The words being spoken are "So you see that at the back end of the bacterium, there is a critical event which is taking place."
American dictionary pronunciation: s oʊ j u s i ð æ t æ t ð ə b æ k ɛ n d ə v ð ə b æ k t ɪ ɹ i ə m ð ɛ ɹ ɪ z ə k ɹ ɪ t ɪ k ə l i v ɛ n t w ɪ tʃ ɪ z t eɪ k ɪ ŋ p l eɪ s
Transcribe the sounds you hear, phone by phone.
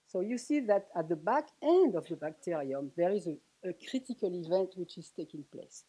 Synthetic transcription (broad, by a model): s oʊ j u s i ð æ t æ t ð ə b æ k ɛ n d ə v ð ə b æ k t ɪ ɹ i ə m ð ɛ ɹ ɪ z ə k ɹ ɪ t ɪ k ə l i v ɛ n t w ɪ tʃ ɪ z t eɪ k ɪ ŋ p l eɪ s